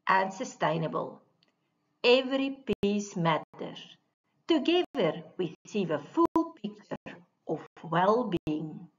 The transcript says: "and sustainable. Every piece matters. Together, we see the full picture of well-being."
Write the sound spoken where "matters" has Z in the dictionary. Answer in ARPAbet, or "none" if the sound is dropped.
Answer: none